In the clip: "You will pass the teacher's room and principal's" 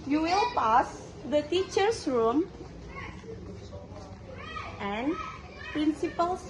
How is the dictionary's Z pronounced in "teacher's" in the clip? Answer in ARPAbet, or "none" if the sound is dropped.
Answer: S